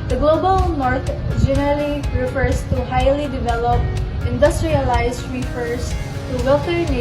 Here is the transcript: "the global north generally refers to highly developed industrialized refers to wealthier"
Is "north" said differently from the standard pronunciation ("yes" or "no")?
yes